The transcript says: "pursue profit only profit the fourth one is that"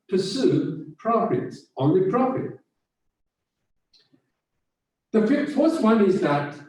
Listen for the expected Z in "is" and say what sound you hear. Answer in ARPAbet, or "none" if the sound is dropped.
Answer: Z